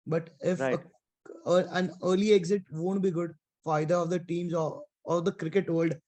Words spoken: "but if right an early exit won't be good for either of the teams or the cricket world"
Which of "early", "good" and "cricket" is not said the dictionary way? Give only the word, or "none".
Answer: none